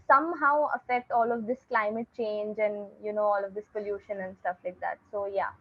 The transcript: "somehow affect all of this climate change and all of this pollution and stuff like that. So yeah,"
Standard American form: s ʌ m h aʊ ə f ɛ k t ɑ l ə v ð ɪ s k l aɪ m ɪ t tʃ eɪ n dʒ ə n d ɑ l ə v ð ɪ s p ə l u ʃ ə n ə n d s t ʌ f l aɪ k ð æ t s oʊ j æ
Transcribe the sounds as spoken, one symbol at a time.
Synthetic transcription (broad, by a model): s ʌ m h aʊ ə f ɛ k t ɑ l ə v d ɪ s k l aɪ m ɪ t tʃ eɪ n dʒ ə n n ɑ l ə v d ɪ s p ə l u ʃ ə n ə n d s t ʌ f l aɪ k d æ t s oʊ j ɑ